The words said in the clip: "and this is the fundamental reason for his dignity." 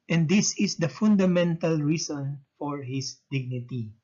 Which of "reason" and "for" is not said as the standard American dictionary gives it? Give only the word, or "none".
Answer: reason